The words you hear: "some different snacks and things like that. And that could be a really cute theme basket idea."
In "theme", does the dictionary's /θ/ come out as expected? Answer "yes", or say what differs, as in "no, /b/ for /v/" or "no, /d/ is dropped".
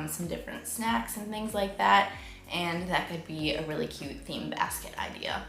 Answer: yes